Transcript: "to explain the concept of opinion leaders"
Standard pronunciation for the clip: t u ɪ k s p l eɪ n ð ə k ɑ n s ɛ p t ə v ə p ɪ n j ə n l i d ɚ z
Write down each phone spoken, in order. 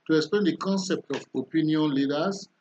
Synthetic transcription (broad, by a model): t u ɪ k s p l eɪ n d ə k ɑ n s ɛ p t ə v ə p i n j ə n l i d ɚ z